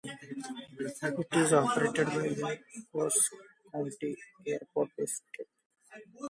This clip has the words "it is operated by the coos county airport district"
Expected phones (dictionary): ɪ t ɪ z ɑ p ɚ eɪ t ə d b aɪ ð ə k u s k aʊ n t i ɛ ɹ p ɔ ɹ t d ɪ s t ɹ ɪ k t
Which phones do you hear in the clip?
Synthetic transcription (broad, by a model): ɪ t ɪ z ɑ p ɚ eɪ t ə d b aɪ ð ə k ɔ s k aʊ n t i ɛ ɹ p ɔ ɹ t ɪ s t ɪ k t